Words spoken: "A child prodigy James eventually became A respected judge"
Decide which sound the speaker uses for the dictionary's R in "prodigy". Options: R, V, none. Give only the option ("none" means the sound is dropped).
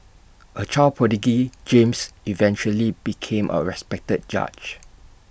none